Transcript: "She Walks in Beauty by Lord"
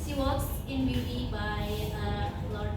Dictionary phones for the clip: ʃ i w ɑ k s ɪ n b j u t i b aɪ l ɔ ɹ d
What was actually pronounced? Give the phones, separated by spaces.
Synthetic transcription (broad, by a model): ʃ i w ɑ s ɪ n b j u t i b aɪ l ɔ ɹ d